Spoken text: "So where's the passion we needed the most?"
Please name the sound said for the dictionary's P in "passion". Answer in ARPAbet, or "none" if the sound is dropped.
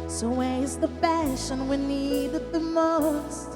F